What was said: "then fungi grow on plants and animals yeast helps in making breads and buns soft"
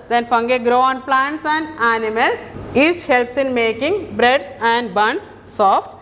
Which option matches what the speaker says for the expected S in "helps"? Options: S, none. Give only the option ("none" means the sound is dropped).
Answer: S